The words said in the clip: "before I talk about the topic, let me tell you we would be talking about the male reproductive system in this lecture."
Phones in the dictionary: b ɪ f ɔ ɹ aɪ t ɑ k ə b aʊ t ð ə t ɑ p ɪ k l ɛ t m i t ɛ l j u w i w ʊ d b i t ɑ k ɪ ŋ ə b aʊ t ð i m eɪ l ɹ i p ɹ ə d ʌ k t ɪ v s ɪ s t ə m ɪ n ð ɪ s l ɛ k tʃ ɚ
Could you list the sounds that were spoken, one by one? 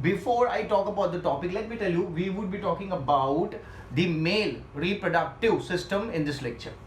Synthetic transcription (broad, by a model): b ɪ f ɔ ɹ aɪ t ɑ k ə b aʊ t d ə t ɑ p ɪ k l ɛ t m i t ɛ l j u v i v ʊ d b i t ɑ k ɪ ŋ ə b aʊ t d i m eɪ l ɹ i p ɹ ə d ʌ k t ɪ v s ɪ s t ə m ɪ n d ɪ s l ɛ k tʃ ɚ